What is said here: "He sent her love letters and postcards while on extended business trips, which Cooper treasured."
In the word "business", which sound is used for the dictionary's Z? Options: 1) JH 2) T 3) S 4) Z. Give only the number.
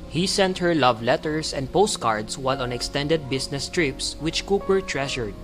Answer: 3